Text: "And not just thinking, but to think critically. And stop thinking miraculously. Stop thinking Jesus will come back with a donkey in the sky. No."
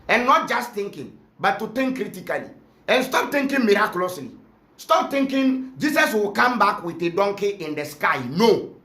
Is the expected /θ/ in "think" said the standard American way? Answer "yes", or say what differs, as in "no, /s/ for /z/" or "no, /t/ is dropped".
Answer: no, /t/ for /θ/